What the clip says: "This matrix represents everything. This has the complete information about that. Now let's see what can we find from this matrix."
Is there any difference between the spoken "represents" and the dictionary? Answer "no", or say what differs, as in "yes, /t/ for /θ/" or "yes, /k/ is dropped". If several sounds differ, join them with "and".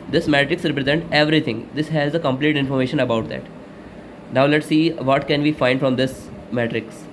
yes, /s/ is dropped